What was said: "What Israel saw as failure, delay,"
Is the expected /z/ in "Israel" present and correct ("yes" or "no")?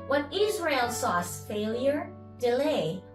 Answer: yes